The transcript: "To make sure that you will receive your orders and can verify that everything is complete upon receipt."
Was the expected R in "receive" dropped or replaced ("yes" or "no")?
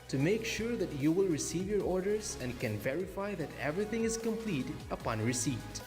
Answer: no